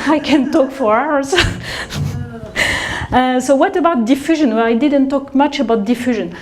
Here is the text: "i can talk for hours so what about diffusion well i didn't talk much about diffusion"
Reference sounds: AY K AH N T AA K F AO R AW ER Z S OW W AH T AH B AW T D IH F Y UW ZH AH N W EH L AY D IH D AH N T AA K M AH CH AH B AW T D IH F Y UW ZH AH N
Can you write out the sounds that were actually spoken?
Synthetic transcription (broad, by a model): AY K AH N T AA K F AO R AW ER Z S OW W AH T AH B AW T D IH F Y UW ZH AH N W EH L AY D IH D AH N T AA K M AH CH AH B AW T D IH F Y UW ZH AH N